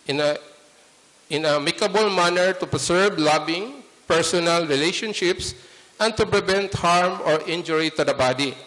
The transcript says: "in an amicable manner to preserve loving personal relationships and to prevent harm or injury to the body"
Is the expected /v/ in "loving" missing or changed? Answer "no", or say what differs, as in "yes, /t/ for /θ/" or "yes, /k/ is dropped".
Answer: yes, /b/ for /v/